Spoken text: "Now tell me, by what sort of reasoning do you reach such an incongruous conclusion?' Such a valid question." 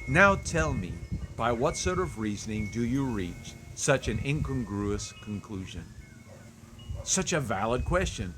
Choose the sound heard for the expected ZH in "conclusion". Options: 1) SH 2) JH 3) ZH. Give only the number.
3